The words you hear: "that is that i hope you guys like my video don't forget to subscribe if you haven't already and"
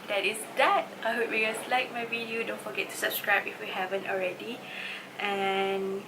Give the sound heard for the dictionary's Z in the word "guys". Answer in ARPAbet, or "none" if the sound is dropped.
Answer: S